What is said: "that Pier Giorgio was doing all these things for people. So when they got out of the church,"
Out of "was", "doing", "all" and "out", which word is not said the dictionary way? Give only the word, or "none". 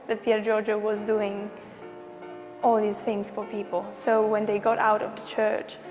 none